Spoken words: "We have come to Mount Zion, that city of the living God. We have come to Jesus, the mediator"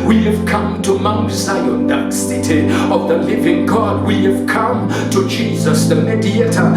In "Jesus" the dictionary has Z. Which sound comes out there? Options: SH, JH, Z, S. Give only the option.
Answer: Z